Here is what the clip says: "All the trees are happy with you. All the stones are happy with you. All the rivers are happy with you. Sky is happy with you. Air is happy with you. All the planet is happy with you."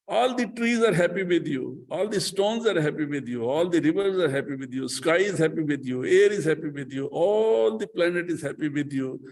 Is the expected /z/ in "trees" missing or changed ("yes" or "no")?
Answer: no